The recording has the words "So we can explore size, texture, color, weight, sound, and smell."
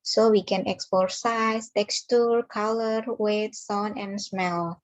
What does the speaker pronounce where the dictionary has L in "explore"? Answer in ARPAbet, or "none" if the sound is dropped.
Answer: none